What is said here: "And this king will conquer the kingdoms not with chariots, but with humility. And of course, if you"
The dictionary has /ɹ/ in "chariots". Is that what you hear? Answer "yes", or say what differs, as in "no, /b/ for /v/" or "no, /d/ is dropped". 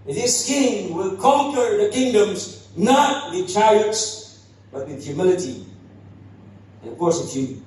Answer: no, /ɹ/ is dropped